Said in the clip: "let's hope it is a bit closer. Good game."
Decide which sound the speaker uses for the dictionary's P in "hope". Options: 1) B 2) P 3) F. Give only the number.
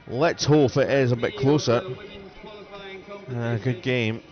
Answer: 3